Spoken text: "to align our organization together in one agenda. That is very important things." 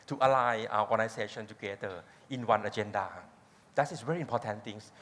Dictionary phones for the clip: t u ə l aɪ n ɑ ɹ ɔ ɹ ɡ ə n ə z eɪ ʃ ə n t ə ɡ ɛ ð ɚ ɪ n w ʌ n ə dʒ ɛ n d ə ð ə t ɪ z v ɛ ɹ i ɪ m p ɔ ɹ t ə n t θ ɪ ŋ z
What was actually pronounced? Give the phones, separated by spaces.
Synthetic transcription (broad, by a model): t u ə l aɪ ɑ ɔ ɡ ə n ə s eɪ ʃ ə n t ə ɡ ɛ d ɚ ɪ n w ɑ n ə dʒ ɛ n d ə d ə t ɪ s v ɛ ɹ i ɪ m p ɔ t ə n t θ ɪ ŋ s